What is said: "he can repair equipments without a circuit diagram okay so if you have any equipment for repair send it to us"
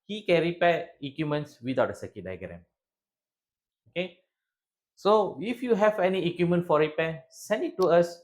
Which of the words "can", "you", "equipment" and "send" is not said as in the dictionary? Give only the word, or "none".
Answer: equipment